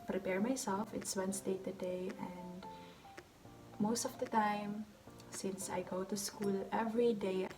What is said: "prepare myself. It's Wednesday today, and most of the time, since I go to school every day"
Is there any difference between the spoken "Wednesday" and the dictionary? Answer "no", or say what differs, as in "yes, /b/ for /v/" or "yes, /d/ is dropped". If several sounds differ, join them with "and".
yes, /s/ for /z/